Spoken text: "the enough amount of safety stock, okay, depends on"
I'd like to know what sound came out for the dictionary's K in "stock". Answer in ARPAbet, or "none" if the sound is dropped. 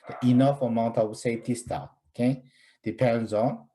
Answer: none